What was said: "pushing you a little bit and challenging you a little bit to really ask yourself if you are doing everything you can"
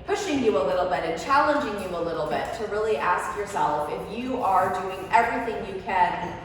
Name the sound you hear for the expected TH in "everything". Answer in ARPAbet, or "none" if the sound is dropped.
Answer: TH